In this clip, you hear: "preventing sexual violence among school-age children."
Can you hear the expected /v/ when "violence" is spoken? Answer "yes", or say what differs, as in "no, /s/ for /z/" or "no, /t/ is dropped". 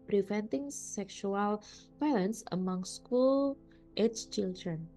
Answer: no, /b/ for /v/